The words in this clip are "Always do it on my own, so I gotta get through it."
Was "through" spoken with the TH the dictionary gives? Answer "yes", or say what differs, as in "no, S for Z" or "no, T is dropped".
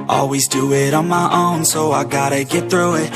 yes